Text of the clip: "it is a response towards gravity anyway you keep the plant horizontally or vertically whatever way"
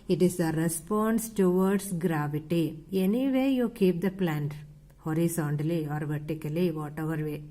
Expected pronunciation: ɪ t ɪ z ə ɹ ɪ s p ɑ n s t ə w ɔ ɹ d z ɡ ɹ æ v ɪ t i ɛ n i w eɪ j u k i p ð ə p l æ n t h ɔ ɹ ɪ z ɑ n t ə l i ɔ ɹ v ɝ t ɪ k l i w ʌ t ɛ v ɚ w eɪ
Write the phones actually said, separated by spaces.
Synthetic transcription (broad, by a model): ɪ t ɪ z ə ɹ ɪ s p ɑ n s t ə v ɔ ɹ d s ɡ ɹ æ v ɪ t i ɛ n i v eɪ j u k i p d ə p l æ n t h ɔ ɹ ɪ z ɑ n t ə l i ɔ ɹ v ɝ t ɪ k l i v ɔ t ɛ v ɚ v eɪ